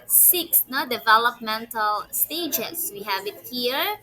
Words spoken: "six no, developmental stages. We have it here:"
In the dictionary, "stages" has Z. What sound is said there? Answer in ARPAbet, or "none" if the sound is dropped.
S